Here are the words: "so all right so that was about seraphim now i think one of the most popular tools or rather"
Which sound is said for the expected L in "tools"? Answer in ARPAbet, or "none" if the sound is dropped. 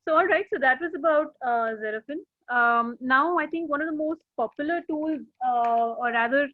L